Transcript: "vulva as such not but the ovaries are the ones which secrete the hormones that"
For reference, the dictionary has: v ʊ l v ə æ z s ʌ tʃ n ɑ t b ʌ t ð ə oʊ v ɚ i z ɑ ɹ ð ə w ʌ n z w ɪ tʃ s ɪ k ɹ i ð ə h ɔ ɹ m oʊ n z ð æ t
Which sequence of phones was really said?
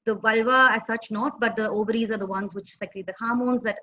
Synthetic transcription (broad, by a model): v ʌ l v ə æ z s ʌ tʃ n ɑ t b ʌ t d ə oʊ v ɚ i z ɑ ɹ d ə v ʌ n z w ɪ tʃ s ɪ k l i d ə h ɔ ɹ m oʊ n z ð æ t